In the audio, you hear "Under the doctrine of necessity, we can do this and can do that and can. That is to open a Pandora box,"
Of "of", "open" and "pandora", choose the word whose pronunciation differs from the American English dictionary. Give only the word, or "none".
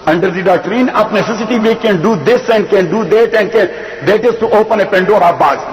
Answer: of